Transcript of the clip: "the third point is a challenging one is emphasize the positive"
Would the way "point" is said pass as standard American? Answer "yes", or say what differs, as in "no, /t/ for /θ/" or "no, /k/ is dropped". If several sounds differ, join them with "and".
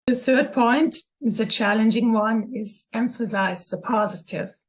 yes